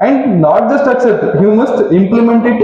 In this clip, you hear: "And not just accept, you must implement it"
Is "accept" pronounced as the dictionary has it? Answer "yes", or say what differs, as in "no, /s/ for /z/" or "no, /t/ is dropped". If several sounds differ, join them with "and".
no, /p/ is dropped